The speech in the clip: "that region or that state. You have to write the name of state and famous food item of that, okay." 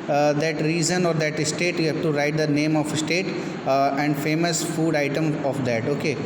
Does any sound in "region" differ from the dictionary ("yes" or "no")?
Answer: yes